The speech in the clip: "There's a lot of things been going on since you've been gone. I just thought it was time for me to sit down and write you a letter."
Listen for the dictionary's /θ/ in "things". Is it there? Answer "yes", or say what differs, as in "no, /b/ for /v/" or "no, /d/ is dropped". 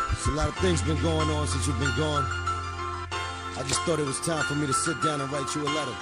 yes